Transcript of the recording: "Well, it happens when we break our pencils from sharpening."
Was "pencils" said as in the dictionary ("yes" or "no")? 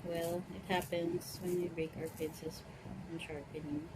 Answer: no